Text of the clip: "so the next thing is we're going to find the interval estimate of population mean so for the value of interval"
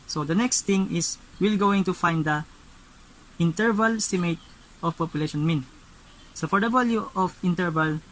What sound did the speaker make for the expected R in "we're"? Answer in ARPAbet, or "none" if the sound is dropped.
L